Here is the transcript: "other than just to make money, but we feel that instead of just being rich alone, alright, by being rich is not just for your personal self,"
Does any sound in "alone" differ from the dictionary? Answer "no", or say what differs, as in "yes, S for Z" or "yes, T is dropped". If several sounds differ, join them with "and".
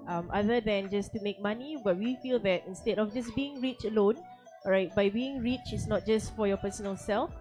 no